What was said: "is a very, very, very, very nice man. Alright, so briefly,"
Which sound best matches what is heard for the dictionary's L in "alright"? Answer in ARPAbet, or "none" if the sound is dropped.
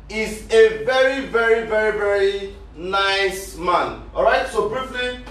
none